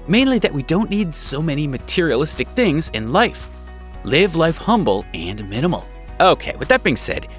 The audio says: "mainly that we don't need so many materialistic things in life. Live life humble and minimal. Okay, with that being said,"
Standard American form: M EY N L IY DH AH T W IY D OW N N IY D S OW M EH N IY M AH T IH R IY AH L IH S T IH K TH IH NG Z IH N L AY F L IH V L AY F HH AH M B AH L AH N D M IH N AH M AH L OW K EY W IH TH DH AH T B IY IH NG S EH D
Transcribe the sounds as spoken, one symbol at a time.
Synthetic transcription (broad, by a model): M EY N L IY DH AH T W IY D OW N N IY D S OW M EH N IY M AH T IH R IY AH L IH S T IH K TH IH NG Z IH N L AY F L IH V L AY F HH AH M B L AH N M IH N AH M L OW K EY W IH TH DH AH T B IY IH NG S EH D